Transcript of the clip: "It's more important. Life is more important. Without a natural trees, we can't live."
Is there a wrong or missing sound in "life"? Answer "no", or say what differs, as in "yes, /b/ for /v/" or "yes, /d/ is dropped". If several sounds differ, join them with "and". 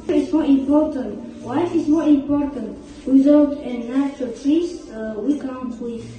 yes, /w/ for /l/